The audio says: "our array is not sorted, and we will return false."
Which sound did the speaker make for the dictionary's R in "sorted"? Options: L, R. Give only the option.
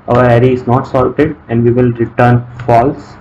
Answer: L